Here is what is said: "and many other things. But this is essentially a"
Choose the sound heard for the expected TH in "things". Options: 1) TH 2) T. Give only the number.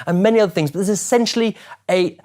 1